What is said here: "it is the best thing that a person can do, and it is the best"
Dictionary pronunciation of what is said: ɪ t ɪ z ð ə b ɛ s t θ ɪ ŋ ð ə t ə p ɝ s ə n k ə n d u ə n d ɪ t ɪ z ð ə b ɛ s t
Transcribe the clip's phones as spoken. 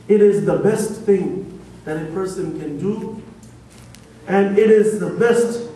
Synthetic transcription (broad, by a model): ɪ t ɪ z ð ə b ɛ s t θ ɪ ŋ ð ə t ə p ɝ s ə n k ə n d u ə n ɪ t ɪ z ð ə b ɛ s t